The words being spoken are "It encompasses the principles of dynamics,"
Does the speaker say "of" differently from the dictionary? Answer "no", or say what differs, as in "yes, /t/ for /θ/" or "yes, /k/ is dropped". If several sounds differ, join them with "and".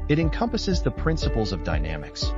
no